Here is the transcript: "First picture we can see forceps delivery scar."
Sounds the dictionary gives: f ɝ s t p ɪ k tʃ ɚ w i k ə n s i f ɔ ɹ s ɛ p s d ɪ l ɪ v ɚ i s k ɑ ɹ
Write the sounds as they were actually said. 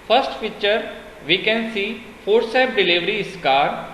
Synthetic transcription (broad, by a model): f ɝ s t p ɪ tʃ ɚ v i k ə n s i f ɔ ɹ s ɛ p d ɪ l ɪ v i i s k ɑ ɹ